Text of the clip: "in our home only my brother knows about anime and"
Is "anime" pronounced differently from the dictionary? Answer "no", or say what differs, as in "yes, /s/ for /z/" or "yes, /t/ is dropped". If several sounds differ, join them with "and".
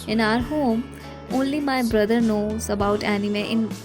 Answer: no